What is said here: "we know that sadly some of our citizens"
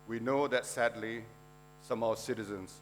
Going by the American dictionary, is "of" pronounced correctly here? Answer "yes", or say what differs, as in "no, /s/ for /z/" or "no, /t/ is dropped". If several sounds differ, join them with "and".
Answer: no, /w/ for /v/